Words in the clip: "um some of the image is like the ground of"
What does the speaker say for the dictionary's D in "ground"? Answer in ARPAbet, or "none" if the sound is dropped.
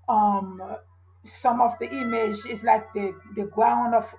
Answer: none